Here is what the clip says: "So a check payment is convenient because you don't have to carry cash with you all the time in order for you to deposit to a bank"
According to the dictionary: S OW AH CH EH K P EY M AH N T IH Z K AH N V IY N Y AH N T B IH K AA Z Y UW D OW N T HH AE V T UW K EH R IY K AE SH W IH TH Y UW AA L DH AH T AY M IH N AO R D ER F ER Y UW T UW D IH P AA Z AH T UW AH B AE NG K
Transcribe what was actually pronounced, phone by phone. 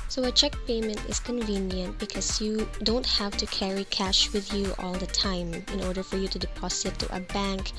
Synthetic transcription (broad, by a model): S OW AH CH EH K P EY M AH N T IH S K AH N V IY N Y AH N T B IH K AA S Y UW D OW N T HH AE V T UW K EH R IY K AE SH W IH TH Y UW AA L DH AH T AY M IH N AO R D ER F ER Y UW T UW D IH P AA S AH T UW AH B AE NG K